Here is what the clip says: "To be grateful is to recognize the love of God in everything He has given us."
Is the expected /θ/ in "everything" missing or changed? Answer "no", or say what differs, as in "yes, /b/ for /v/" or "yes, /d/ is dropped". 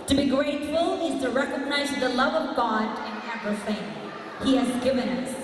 yes, /f/ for /θ/